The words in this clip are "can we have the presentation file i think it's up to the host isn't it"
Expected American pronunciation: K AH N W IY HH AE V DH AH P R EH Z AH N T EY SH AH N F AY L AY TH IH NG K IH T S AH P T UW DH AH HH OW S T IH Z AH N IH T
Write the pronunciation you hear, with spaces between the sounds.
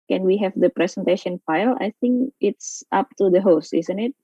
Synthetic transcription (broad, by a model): K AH N W IY HH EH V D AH P R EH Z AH N T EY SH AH N F AY L AY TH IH NG K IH T S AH P T UW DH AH HH OW S T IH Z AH N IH T